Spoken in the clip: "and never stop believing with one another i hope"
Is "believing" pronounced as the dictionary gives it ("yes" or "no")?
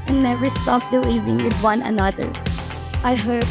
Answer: no